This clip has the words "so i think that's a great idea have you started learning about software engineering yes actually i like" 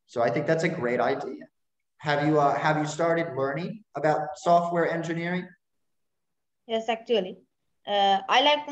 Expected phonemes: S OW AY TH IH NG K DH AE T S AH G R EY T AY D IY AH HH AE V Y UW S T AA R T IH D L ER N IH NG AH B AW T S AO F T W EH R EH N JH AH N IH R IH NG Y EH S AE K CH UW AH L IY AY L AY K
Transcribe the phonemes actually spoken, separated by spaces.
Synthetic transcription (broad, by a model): S OW AY TH IH NG K DH AE T S AH G R EY T AY D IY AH HH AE V Y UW S T AA R T IH D L ER N IH NG AH B AW T S AO F T W EH R EH N JH AH N IH R IH NG Y EH S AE K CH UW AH L IY AY L AY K